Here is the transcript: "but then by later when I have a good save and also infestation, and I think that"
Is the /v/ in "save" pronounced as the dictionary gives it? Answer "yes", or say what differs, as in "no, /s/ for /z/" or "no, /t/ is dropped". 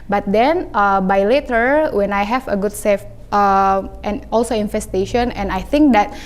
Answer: no, /f/ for /v/